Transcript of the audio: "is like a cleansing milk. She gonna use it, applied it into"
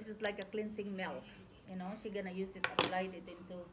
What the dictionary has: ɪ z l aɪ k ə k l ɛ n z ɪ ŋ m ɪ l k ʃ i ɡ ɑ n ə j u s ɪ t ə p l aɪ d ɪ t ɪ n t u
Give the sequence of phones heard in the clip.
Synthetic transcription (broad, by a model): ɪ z l aɪ k ə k l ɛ n s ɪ ŋ m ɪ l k ʃ i ɡ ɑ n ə j u s ɪ t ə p l aɪ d ɪ t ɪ n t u